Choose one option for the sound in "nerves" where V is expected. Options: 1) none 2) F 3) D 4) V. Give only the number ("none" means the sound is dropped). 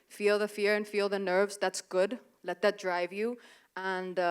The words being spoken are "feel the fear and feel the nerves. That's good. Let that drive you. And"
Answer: 4